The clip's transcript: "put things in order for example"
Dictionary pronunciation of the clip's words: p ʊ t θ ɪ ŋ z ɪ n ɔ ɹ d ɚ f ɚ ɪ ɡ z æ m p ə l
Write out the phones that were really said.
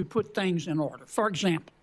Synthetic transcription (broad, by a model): p ʊ t θ ɪ ŋ z ɪ n ɔ ɹ d ɚ f ɚ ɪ ɡ z æ m p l